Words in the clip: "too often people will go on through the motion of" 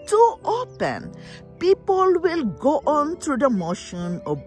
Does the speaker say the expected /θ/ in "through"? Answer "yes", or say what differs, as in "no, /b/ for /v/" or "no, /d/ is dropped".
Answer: no, /t/ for /θ/